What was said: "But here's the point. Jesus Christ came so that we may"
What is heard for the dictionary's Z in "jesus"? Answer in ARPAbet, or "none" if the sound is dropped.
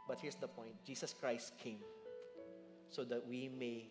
S